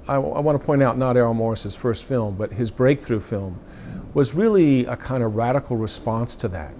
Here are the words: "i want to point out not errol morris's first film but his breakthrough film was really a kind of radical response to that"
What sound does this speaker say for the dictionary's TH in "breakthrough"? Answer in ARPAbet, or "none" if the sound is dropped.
TH